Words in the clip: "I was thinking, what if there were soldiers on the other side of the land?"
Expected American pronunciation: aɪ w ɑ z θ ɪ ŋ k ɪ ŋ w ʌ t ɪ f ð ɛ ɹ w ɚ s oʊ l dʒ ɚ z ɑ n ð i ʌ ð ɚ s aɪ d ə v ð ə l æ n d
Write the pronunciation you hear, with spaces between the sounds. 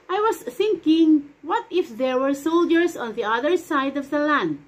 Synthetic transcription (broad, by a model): aɪ w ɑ s θ ɪ ŋ k ɪ ŋ w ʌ t ɪ f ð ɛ ɹ w ɚ s oʊ l dʒ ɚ s ɑ n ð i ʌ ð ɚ s aɪ d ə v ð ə l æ n d